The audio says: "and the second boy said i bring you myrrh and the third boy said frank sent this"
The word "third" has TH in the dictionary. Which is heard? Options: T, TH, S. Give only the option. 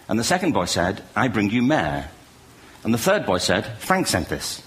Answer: TH